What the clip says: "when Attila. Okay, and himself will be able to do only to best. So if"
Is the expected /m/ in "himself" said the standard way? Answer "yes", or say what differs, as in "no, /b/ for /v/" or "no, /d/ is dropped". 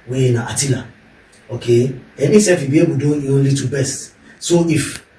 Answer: no, /m/ is dropped